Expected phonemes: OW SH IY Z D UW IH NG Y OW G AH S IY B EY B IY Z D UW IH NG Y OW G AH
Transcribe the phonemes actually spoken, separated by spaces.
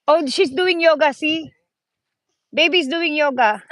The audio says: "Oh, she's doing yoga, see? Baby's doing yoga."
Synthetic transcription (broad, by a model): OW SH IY S D UW IH NG Y OW G AH S IY B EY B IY S D UW IH NG Y OW G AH